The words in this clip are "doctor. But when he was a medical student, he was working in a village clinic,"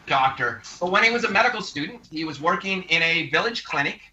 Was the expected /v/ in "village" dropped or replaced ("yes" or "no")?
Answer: no